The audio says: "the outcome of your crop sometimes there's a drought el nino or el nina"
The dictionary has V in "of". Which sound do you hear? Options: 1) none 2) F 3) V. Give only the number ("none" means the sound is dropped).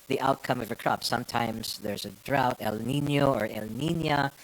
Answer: 3